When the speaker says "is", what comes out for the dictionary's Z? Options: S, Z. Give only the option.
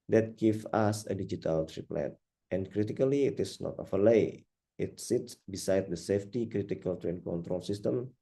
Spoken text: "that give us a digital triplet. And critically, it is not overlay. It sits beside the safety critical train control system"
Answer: S